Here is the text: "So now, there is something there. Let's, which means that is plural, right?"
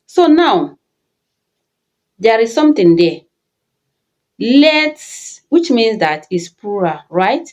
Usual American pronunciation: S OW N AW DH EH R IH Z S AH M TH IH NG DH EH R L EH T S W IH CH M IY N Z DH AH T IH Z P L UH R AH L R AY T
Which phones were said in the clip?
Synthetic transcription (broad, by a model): S OW N AW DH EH R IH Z S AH M T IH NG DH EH L EH T S W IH CH M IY N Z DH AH T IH S P UW R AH R AY T